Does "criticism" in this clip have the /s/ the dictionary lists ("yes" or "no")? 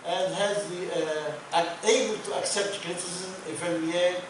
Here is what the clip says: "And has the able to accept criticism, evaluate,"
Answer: no